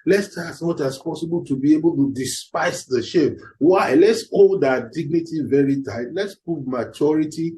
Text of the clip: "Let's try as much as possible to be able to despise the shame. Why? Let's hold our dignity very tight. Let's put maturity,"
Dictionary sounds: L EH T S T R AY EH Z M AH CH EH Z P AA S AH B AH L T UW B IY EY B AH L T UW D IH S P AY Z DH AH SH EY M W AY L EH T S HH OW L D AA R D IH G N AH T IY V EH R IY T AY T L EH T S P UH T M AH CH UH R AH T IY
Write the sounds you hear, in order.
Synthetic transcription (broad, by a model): L EH S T AY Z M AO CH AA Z P AA S AH B AH L T UW B IY EY B AH L T UW D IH S P AY S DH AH SH EY M W AY L EH T S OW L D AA D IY G N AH T IY V EH R IY T AY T L EH T S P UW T M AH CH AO R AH T IY